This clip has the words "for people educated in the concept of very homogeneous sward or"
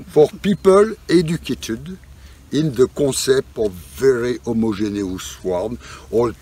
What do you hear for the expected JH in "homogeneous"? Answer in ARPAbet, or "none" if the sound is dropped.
ZH